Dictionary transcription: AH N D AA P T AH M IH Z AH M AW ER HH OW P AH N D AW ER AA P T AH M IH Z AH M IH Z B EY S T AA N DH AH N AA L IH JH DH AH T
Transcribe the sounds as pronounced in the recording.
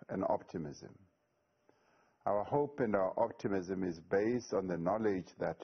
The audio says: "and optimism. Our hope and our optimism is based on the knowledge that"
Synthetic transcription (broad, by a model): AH N AA P T AH M IH Z AH M AW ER HH OW P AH N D AW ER AA P T AH M IH Z AH M IH Z B EY S T N DH AH N AA L IH JH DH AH T